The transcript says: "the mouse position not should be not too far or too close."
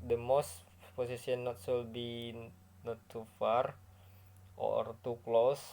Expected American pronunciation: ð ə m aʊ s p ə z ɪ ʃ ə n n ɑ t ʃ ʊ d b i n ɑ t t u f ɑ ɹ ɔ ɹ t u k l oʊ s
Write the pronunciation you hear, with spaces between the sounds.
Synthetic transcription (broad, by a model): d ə m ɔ s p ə s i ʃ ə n n ɑ t s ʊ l b i n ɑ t t u f ɑ ɹ ɔ ɹ t u k l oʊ s